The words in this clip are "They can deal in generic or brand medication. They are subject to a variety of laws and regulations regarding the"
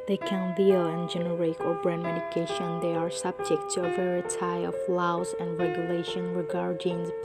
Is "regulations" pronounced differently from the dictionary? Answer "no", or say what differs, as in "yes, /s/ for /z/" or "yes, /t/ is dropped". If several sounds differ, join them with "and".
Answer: yes, /z/ is dropped